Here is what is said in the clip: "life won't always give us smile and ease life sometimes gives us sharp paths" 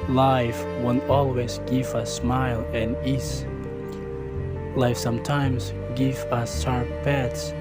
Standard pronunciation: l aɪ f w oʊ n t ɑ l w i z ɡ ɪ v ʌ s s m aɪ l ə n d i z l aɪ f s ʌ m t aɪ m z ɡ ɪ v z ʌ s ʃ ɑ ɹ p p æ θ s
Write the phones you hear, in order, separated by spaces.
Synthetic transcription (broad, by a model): l aɪ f w oʊ n t ɑ l w i z ɡ ɪ v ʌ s s m aɪ l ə n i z l aɪ f s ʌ m t aɪ m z ɡ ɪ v ʌ s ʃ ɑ ɹ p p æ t s